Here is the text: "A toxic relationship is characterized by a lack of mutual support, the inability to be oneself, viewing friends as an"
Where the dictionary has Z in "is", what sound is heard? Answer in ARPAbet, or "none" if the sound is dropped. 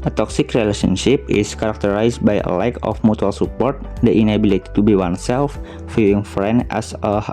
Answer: S